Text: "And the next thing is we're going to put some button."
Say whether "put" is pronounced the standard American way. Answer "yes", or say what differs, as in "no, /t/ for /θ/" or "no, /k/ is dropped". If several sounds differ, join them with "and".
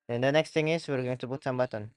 no, /b/ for /p/